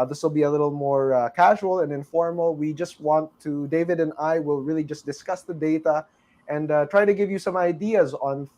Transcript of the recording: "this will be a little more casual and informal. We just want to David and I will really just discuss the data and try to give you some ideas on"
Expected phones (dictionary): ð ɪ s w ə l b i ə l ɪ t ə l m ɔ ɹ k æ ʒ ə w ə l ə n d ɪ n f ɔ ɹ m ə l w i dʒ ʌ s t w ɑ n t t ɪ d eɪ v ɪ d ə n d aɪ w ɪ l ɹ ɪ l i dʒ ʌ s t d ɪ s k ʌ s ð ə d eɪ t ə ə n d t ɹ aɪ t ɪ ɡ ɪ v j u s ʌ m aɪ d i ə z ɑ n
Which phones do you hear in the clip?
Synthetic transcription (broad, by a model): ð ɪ s w ə l b i ə l ɪ t l m ɔ ɹ k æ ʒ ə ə l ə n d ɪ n f ɔ ɹ m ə l w i dʒ ʌ s t w ɑ n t t ɪ d eɪ v ɪ d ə n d aɪ w ɪ l ɹ ɪ l i dʒ ʌ s t d ɪ s k ʌ s ð ə d eɪ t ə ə n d t ɹ aɪ t ɪ ɡ ɪ v j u s ʌ m aɪ d i ə z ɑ n